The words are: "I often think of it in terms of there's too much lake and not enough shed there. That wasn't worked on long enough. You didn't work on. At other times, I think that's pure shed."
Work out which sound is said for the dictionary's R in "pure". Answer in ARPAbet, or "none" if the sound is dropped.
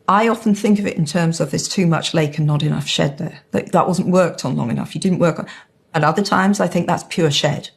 R